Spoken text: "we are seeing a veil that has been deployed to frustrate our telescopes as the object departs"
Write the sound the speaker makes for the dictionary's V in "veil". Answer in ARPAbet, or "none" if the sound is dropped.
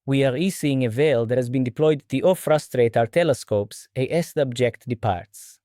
V